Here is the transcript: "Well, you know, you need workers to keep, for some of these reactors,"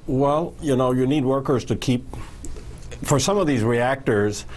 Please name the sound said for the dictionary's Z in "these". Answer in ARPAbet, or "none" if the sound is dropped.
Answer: Z